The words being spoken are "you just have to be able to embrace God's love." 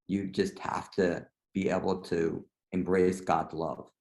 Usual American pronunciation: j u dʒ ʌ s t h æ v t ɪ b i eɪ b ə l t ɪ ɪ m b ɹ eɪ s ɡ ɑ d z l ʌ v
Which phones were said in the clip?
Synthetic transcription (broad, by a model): j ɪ dʒ ʌ s t h æ f t ɪ b i eɪ b l t ɪ ɪ m b ɹ eɪ s ɡ ɑ d z l ʌ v